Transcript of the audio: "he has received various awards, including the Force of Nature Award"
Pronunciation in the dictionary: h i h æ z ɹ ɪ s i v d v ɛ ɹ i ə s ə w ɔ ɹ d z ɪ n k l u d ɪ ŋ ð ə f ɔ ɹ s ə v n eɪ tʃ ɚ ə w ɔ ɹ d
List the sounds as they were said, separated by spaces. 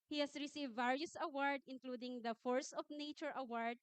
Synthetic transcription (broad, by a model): h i h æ s ɹ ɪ s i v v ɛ ɹ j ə s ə w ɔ ɹ d ɪ n k l u d ɪ ŋ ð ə f ɔ ɹ s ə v n eɪ tʃ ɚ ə w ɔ ɹ d